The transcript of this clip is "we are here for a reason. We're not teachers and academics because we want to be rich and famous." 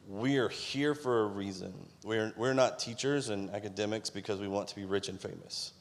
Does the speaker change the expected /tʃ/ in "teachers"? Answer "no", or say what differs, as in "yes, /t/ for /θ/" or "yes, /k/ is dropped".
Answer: no